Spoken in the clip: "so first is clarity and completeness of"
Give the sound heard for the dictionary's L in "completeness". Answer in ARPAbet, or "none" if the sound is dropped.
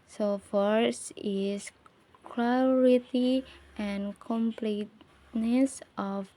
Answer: L